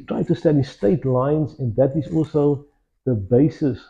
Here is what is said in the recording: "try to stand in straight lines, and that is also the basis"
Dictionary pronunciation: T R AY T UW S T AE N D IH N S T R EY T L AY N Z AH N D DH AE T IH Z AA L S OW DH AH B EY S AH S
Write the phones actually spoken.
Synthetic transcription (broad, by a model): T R AY T UW S T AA D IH S T EY T L AY N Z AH N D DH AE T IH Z AA L S OW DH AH B EY S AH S